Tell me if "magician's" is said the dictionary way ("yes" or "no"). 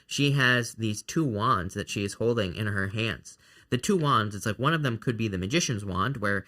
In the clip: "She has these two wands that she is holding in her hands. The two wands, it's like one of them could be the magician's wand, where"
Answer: yes